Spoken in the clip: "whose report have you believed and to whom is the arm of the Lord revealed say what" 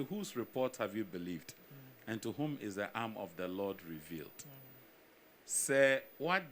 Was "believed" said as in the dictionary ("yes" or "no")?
yes